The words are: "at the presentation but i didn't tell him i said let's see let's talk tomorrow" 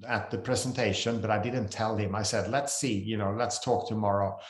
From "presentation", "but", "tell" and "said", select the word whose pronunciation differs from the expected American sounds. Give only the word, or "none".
none